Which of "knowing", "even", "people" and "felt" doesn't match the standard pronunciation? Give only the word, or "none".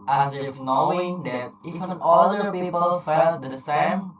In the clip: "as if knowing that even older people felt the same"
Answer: even